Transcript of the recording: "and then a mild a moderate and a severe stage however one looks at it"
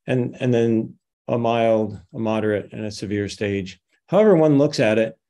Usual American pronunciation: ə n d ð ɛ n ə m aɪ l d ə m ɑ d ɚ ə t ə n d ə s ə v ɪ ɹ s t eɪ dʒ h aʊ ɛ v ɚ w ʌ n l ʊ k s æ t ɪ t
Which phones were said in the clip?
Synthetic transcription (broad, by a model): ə n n ð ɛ n ə m aɪ l d ə m ɑ d ɚ ə t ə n ə s ə v ɪ ɹ s t eɪ dʒ h aʊ ɛ v ɚ w ʌ n l ʊ k s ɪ t ɪ t